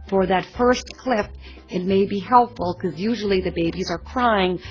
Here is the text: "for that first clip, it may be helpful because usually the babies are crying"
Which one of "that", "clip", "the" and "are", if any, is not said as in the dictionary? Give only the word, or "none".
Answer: clip